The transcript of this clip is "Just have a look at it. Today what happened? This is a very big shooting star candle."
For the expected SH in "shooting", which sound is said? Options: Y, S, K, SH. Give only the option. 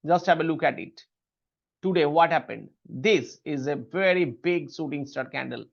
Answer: S